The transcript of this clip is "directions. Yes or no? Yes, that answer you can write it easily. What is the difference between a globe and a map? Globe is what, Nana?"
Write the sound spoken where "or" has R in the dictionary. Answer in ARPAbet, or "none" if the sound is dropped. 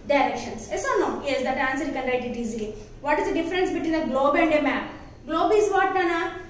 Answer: L